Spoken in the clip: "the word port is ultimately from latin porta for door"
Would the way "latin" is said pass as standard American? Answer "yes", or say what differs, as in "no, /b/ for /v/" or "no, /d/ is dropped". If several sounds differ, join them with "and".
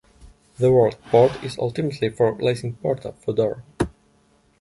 no, /s/ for /t/